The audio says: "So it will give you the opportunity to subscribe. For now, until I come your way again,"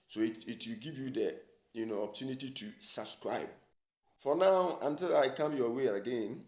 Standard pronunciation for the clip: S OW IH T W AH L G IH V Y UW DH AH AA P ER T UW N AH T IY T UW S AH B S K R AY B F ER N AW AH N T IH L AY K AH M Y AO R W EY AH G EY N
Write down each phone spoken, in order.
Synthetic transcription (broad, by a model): S OW IH T W AH L G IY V Y UW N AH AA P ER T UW N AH T IY T UW S AH B S K R AY B F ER N AW AH N T IH L AY K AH M Y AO W EY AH G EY N